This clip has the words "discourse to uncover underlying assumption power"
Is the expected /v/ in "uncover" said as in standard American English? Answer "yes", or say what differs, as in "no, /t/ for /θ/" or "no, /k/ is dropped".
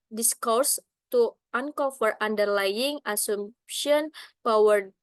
no, /f/ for /v/